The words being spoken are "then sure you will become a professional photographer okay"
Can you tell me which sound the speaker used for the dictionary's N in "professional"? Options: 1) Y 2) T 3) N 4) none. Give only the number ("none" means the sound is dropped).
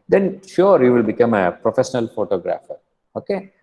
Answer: 3